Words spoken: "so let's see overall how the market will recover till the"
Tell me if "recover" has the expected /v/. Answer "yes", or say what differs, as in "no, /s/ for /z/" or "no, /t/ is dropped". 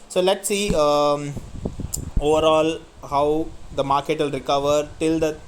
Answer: yes